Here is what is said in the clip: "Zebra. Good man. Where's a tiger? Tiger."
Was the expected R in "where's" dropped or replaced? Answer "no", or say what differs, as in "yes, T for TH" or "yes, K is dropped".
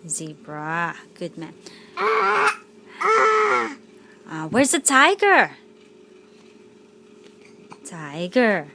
no